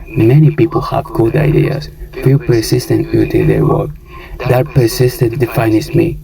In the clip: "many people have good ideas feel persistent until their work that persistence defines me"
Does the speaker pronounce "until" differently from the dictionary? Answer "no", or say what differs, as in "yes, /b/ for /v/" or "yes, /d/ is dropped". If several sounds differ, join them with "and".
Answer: yes, /n/ is dropped